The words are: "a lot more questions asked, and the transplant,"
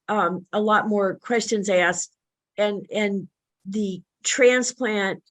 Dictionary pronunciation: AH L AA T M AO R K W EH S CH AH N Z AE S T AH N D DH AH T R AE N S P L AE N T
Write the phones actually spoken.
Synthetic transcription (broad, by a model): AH L AA T M AO R K W EH S CH AH N Z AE S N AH N DH AH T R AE N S P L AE N T